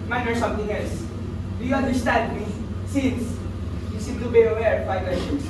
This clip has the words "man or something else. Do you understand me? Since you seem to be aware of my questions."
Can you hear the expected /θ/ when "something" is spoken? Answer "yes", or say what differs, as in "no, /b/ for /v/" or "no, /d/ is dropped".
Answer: no, /t/ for /θ/